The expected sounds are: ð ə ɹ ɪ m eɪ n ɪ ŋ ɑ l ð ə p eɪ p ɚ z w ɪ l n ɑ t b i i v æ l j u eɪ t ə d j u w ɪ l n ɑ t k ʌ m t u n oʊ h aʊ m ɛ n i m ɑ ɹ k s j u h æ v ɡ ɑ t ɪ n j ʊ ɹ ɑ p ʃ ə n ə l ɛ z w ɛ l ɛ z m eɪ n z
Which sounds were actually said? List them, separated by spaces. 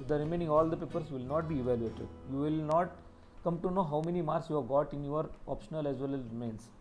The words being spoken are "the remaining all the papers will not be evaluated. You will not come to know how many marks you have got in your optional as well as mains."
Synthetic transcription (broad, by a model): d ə ɹ ɪ m eɪ n ɪ ŋ ɑ l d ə p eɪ p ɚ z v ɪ l n ɑ t b i i v æ l j u eɪ t ə d j u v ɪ l n ɑ t k ʌ m t u n oʊ h aʊ m ɛ n i m ɑ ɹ s j u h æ v ɡ ɑ t ɪ n j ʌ ɹ ɑ p ʃ ə n ə l ɛ z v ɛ l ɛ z m eɪ n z